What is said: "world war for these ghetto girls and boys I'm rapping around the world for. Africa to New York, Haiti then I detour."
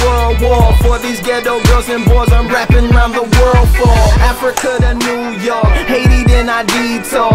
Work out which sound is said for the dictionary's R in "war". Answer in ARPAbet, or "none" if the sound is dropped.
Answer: L